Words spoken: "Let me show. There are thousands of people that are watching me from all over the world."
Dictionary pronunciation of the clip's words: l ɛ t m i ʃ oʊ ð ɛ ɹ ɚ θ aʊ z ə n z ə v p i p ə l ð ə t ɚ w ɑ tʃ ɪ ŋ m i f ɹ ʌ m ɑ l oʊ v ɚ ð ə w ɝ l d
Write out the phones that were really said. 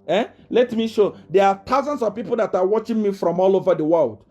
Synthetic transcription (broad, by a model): l ɛ t m i ʃ oʊ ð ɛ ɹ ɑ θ aʊ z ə n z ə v p i p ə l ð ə t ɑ w ɑ tʃ ɪ ŋ m i f ɹ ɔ m ɑ l oʊ v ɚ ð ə w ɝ l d